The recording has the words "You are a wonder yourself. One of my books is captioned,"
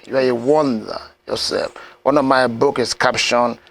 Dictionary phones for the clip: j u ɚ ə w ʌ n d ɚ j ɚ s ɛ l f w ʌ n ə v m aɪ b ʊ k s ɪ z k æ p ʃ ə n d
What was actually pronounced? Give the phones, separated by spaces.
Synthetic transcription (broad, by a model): j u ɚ ə w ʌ n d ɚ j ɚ s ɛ l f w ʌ n ə v m aɪ b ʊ k ɪ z k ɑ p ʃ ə n